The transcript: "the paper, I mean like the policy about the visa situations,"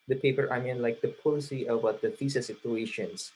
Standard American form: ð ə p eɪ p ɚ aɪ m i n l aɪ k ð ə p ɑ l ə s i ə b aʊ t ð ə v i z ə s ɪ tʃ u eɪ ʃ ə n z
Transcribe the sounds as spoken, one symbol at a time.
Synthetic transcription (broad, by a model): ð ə p eɪ p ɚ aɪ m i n l aɪ k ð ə p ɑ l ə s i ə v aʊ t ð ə f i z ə s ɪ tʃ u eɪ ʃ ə n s